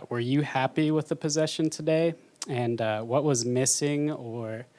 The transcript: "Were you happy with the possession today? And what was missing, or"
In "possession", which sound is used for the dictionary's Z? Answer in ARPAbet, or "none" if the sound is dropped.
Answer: Z